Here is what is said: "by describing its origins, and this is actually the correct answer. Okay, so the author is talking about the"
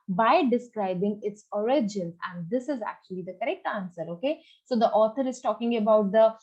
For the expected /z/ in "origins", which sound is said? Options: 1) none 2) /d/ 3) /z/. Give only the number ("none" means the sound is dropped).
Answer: 1